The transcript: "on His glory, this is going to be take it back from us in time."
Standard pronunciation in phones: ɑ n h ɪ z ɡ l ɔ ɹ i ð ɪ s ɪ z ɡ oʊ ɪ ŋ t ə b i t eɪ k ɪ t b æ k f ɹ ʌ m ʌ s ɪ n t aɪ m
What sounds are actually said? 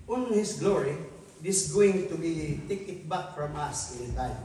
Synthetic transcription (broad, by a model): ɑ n h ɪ s ɡ l ɔ ɹ i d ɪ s ɡ oʊ ɪ ŋ t ə b i t eɪ k ɪ t b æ k f ɹ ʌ m ʌ s ɪ n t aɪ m